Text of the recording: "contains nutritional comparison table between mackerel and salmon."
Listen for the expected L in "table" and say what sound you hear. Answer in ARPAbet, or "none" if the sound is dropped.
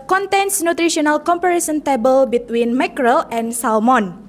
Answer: L